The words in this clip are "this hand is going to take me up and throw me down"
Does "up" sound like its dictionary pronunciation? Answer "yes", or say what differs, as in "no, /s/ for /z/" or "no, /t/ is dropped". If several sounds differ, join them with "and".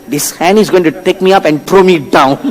yes